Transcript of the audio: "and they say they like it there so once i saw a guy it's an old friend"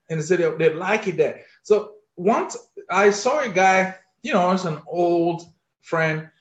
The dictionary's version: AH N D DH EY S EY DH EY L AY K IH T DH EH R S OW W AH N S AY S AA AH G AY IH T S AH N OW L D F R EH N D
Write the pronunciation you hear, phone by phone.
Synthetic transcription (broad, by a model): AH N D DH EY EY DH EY L AY K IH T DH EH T S OW W AH N S AY S AA AH G AY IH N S AH N OW L D F R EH N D